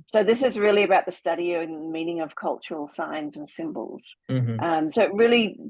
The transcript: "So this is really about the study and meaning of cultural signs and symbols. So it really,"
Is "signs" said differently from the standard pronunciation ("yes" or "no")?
no